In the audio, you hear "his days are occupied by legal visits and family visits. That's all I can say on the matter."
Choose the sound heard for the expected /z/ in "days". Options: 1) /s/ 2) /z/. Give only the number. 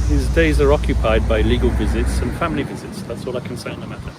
2